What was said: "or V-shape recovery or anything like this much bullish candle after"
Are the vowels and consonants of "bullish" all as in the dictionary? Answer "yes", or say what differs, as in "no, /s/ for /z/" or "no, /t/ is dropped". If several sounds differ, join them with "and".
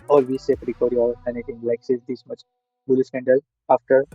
no, /s/ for /ʃ/